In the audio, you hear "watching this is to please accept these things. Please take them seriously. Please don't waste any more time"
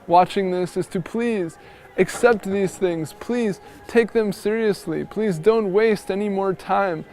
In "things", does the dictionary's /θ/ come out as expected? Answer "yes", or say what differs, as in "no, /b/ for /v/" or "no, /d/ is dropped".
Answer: yes